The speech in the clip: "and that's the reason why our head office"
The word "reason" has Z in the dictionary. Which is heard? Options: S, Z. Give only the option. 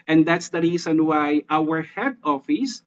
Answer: S